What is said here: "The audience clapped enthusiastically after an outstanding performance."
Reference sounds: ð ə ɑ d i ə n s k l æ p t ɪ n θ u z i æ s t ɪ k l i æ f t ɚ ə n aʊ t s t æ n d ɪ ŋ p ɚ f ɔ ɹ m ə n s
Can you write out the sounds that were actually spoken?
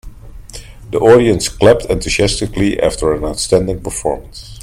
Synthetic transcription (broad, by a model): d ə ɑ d i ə n s k l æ p t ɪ n t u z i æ s t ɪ k l i æ f t ɚ ə n aʊ t s t æ n d ɪ ŋ p ɚ f ɔ ɹ m ə n s